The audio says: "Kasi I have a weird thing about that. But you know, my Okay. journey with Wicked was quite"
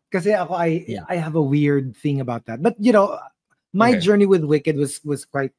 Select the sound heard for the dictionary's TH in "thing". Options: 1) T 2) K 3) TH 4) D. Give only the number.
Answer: 3